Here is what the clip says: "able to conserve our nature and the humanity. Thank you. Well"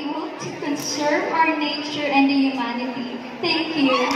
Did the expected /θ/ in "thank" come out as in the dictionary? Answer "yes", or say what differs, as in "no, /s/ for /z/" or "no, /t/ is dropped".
no, /t/ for /θ/